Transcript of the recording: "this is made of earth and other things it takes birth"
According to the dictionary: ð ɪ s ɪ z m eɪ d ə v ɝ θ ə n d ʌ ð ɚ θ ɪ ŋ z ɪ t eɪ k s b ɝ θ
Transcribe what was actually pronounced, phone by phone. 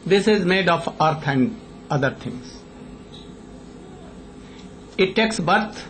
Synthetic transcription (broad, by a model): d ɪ s ɪ z m eɪ d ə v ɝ t ə n d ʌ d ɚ t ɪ ŋ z ɪ t eɪ k s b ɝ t